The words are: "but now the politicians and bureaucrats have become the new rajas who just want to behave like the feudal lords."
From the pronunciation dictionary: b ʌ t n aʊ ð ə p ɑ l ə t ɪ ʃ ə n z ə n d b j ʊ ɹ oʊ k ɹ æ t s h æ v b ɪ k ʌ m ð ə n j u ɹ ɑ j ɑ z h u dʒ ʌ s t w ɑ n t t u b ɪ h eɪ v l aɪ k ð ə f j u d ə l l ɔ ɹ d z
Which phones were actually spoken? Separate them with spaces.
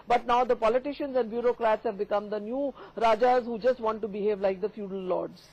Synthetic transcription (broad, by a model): b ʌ t n aʊ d ə p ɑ l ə t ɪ ʃ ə n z ə n d b j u ɹ oʊ k ɹ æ t s h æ v b ɪ k ʌ m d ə n j u ɹ ɑ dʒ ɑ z h u dʒ ʌ s t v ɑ n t t u b ɪ h eɪ v l aɪ k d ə f j u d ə l l ɔ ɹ d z